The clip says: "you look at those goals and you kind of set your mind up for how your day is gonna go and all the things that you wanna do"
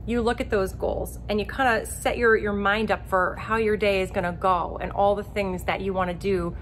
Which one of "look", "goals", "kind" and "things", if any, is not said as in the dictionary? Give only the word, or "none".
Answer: none